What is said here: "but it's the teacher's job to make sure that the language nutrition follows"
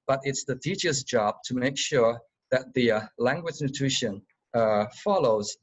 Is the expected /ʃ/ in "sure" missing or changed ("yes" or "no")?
no